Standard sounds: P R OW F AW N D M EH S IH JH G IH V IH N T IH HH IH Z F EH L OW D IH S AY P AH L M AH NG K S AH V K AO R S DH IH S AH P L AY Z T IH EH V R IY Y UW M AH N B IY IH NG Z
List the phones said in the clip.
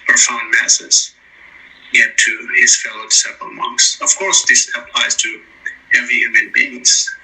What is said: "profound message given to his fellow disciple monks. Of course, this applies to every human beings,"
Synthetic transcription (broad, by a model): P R F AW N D M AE S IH Z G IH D T IH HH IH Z F EH L OW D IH S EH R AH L M AH NG K S AH V K AO R S DH IH S AH P L AY Z T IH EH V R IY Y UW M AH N B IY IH NG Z